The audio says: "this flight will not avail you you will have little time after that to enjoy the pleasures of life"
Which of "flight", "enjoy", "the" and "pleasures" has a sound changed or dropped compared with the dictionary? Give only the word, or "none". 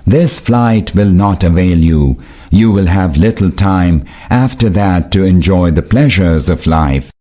none